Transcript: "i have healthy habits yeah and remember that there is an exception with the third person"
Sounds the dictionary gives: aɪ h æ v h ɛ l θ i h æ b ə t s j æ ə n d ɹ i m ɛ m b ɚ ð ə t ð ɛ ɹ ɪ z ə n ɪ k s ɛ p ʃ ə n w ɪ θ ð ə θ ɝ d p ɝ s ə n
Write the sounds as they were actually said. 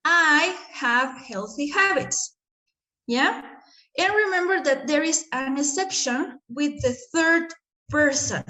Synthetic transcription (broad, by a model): aɪ h æ v h ɛ l θ i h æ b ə t s j æ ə n ɹ i m ɛ m b ɚ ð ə t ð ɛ ɹ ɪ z ə n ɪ s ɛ p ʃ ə n w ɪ ð ə θ ɝ d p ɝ s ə n